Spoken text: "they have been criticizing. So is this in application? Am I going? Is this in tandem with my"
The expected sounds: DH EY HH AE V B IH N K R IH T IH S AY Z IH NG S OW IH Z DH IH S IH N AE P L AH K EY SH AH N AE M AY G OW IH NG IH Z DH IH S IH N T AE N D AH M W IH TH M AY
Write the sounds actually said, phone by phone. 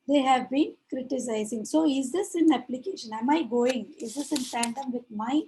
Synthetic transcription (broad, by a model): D EY HH AE V B IH N K R IH T IH S AY Z IH NG S OW IH Z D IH S IH N AE P L AH K EY SH AH N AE M AY G OW IH NG IH Z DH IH S IH N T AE N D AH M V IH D M AY